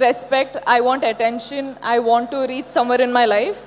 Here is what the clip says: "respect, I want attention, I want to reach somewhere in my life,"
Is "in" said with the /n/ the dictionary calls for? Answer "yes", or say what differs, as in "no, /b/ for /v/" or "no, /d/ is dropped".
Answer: yes